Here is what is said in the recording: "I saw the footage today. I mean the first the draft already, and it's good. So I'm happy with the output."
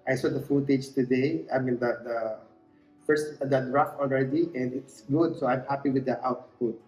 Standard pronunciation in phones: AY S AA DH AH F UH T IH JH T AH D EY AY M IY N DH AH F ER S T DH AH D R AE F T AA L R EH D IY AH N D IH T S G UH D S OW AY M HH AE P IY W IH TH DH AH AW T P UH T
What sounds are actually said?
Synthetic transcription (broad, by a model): AY S AA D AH F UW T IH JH T AH D EY AY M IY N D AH F ER S T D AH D R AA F AA L R EH D IY AH N D IH T S G UH D S OW AY M HH AE P IY W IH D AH AW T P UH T